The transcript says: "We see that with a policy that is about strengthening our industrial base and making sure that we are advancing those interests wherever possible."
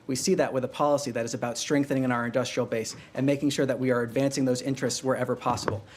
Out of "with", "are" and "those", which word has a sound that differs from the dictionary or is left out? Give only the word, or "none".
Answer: none